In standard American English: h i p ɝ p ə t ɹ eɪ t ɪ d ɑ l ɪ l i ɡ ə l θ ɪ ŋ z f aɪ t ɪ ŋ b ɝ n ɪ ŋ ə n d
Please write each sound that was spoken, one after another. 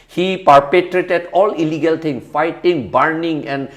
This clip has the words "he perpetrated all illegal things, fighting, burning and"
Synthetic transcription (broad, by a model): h i p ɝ p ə t ɹ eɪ t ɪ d ɑ l ɪ l i ɡ ə l t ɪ ŋ s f aɪ t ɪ ŋ b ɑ n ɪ ŋ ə n d